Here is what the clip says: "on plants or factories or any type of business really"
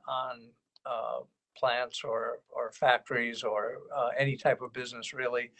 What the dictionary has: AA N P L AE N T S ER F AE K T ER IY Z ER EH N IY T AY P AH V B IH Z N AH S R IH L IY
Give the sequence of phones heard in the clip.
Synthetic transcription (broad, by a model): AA N P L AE N T S ER F AE K T ER IY Z ER EH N IY T AY P AH V B IH Z N AH S R IH L IY